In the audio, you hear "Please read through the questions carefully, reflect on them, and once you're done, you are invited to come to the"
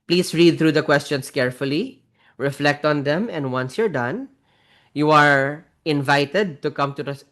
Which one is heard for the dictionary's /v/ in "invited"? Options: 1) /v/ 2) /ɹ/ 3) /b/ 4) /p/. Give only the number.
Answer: 1